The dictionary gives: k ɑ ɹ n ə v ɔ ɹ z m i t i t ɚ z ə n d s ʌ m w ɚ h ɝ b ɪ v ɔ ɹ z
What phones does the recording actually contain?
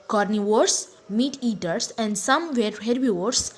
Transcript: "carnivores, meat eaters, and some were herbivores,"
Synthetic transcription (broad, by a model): k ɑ ɹ n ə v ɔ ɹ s m i t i t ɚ s ə n d s ʌ m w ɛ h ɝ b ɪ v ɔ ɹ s